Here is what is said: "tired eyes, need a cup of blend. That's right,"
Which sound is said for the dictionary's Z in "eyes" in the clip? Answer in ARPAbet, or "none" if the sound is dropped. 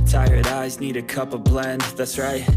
Z